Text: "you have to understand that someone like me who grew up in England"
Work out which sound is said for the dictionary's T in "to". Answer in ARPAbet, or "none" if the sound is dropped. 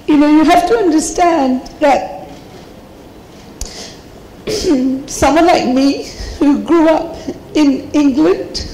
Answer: T